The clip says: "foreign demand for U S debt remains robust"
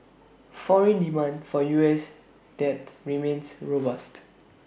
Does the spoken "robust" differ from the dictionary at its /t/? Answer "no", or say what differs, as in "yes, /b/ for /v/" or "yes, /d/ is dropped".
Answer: no